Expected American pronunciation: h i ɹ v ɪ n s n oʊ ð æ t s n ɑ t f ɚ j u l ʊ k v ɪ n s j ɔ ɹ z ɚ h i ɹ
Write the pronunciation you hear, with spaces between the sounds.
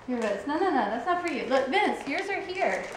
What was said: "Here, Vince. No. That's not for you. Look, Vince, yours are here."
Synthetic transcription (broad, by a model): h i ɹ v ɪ n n n oʊ ð æ t s n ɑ t f ɚ j u l ʊ k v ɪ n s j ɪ ɹ z ɚ h i ɹ